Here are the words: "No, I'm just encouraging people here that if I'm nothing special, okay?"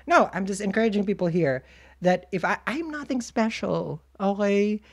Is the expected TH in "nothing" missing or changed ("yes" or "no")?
no